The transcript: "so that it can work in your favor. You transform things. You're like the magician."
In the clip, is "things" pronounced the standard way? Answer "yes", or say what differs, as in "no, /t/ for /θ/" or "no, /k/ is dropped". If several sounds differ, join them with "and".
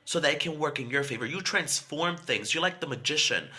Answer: yes